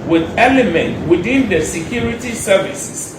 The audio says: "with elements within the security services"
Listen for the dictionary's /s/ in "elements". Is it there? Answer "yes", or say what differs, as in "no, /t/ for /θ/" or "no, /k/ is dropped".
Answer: no, /s/ is dropped